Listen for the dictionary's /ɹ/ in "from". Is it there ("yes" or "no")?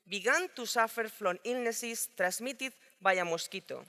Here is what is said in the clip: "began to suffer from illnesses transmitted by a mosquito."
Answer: no